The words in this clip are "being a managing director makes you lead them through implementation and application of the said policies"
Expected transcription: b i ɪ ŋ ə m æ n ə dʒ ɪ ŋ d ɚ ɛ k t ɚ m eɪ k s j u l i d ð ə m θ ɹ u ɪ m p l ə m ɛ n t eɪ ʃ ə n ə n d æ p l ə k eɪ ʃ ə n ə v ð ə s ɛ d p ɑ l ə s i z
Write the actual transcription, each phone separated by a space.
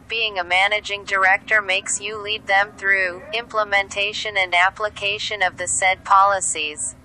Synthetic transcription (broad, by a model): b i ɪ ŋ ə m æ n ə dʒ ɪ ŋ d ɚ ɛ k t ɚ m eɪ k s j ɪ l i d ð ə m θ ɹ u ɪ m p l ə m ɛ n t eɪ ʃ ə n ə n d æ p l ə k eɪ ʃ ə n ə v ð ə s ɛ d p ɑ l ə s i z